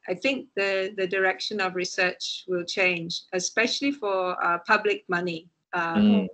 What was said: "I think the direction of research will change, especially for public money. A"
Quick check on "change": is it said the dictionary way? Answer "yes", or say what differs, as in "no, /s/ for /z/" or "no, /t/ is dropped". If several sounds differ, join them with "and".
yes